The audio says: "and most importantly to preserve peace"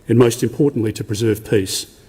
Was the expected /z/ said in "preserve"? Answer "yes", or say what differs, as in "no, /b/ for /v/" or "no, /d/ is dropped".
yes